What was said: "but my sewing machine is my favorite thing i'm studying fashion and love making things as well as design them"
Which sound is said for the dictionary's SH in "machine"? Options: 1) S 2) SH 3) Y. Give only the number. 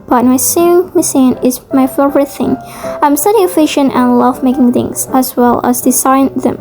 1